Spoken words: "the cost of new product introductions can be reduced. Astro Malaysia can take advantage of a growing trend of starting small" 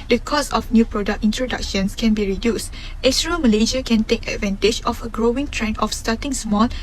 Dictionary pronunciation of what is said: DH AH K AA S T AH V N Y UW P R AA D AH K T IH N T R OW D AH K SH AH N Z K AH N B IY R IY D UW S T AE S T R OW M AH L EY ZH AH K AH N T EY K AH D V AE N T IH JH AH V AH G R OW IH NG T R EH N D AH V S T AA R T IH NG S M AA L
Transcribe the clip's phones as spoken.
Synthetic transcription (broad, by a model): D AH K AA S AH F N Y UW P R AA D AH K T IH N T R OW D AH K SH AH N S K AH N B IY R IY D UW S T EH S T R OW M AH L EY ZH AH K AH N T EY K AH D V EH N T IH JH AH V AH G R OW IH NG T R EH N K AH F S T AA T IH NG S M AA L